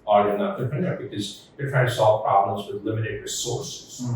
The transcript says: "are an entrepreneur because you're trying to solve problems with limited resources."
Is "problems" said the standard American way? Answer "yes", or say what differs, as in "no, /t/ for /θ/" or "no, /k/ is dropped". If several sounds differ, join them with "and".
yes